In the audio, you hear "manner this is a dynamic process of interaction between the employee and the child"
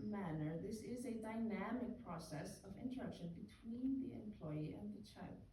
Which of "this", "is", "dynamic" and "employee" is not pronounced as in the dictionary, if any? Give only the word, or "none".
none